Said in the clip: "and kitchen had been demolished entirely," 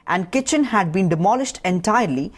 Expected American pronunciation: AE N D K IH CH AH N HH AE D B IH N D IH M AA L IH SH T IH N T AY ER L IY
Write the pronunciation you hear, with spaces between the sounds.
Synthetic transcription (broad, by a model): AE N D K IH CH AH N HH AE D B IH N D IH M AA L IH SH T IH N T AY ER L IY